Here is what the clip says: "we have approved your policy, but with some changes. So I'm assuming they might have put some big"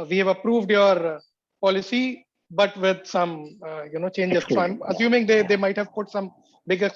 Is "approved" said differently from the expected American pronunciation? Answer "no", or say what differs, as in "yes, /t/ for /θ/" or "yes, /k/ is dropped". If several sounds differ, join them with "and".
no